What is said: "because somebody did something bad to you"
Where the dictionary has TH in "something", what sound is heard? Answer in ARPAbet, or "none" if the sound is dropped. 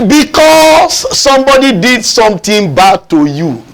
T